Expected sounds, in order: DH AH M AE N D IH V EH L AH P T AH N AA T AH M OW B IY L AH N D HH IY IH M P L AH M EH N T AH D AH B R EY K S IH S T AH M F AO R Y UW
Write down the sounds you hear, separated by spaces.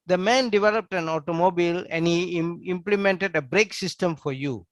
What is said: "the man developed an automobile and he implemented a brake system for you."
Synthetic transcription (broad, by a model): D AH M AE N D IH V EH L AH P T AH N AA T AH M OW B IY L AH N D HH IY IH M P L AH M EH N T AH D AH B R EY K S IH S T AH M F AO R Y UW